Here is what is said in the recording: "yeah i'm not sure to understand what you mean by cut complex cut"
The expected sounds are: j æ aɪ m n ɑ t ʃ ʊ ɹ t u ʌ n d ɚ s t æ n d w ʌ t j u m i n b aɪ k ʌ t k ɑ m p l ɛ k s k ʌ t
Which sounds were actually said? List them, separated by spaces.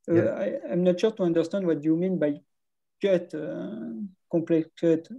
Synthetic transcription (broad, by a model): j aɪ m n ɑ t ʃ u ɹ t u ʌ n d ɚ s t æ n d w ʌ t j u m i n b aɪ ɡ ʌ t k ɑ p l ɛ k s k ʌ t